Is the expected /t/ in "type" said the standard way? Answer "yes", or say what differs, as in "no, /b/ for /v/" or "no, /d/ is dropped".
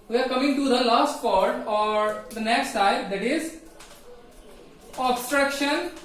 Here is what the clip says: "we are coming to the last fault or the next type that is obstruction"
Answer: no, /s/ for /t/